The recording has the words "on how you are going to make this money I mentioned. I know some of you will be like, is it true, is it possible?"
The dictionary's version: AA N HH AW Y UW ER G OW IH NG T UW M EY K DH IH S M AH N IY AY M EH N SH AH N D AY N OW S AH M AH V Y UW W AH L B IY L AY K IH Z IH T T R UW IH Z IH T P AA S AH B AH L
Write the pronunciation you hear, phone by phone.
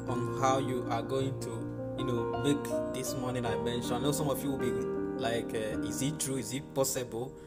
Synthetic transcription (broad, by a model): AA N HH AW Y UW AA G OW IH NG T UW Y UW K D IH S M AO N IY AY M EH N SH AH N AY N OW S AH M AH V Y UW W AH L B IY L AY K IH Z IH T T R UW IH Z IH T P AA S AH B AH L